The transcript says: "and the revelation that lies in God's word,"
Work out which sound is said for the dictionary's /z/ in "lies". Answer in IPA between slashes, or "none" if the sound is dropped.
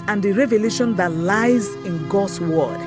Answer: /z/